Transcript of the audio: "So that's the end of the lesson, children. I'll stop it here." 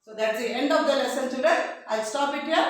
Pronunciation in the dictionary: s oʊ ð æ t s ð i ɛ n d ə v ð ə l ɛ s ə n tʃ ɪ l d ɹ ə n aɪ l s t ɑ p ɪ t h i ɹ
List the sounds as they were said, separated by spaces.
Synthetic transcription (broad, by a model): s oʊ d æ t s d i ɛ n d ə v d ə l ɛ s ə n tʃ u d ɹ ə aɪ l s t ɑ p ɪ t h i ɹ